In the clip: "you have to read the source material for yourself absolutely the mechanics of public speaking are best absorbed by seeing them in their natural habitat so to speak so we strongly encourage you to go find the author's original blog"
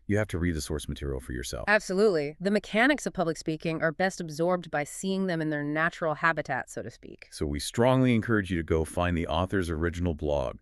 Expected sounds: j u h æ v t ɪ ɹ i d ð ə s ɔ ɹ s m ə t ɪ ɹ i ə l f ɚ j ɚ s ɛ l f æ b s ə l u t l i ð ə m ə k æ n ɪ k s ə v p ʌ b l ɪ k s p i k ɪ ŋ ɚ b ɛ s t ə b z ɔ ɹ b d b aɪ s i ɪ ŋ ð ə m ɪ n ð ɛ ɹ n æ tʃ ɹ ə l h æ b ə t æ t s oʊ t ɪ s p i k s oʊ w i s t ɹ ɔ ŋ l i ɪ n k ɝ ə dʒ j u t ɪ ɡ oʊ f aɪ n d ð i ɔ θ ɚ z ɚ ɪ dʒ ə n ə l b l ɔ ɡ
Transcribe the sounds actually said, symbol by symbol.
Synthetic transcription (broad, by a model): j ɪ h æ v t ɪ ɹ i d ð ə s ɔ ɹ s m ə t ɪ ɹ i l f ɚ j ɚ s ɛ l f æ b s ə l u t l i ð ə m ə k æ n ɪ k s ə v p ʌ b l ɪ k s p i k ɪ ŋ ɚ b ɛ s t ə b z ɔ ɹ b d b aɪ s i ɪ ŋ ð ə m ɪ n ð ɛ ɹ n æ tʃ ɹ l h æ b ə t æ t s oʊ t ɪ s p i k s oʊ w i s t ɹ ɔ ŋ l i ɪ n k ɝ ə dʒ j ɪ t ɪ ɡ oʊ f aɪ n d ð i ɔ θ ɚ z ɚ ɪ dʒ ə n l b l ɔ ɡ